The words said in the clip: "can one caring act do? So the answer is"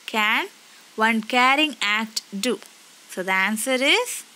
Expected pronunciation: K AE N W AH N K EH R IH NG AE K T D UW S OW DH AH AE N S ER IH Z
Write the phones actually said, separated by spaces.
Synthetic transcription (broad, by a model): K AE N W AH N K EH R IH NG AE T D UW S OW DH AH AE N S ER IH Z